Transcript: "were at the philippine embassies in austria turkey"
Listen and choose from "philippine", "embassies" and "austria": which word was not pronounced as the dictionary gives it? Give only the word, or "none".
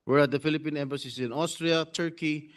embassies